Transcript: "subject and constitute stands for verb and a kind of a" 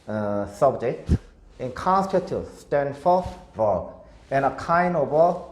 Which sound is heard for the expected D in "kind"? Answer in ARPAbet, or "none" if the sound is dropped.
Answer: none